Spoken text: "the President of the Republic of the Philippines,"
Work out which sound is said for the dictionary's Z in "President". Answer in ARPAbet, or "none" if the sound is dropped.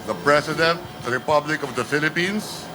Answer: S